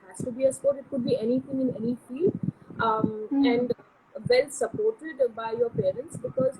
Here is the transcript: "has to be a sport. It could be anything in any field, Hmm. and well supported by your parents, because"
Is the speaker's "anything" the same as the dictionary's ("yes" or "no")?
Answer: no